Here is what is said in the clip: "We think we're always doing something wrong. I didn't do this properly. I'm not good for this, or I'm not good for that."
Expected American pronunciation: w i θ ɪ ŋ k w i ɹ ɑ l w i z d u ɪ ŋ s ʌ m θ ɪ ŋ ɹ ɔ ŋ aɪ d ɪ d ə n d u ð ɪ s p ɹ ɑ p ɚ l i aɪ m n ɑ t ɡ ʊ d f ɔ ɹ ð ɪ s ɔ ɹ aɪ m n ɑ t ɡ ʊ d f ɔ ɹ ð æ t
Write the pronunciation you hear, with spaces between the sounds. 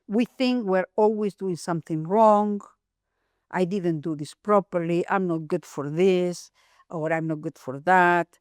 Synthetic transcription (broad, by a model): w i θ ɪ ŋ k w i ɹ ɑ l w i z d u ɪ ŋ s ʌ m θ ɪ ŋ ɹ ɔ ŋ aɪ d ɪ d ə n d u ð ɪ s p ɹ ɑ p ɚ l i aɪ m n ɑ t ɡ ʊ d f ɔ ɹ ð ɪ s ɔ ɹ aɪ m n ɑ t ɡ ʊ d f ɔ ɹ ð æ t